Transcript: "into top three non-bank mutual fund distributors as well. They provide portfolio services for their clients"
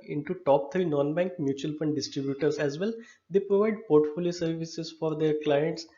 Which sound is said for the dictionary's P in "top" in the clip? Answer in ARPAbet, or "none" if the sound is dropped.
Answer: P